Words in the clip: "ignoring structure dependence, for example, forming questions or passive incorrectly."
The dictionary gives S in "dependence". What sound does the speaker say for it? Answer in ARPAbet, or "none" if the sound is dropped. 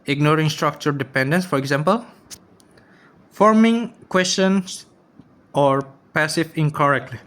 S